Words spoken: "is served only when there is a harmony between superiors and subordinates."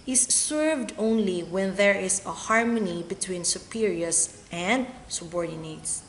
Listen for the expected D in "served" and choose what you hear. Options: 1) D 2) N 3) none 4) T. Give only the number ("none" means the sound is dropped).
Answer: 1